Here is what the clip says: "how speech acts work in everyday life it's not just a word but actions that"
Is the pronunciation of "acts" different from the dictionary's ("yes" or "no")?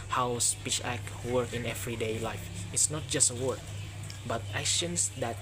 yes